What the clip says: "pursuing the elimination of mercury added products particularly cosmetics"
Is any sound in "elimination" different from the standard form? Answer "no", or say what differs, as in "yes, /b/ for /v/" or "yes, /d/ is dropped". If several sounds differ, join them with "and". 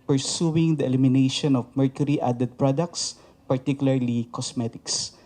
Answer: no